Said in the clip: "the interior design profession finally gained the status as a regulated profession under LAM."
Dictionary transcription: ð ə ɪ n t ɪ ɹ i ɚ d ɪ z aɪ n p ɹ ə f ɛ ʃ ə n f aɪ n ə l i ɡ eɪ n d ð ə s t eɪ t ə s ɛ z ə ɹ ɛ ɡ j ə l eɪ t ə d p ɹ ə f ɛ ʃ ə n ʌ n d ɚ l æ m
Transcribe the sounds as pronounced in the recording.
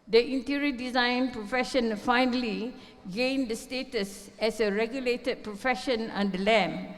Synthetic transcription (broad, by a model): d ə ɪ n t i ɹ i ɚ d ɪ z aɪ n p ɹ ə f ɛ ʃ ə n f aɪ n ə l i ɡ eɪ n d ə s t eɪ t ə s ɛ s ə ɹ ɛ ɡ j ə l eɪ t ə d p ɹ ə f ɛ ʃ ə n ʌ n d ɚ l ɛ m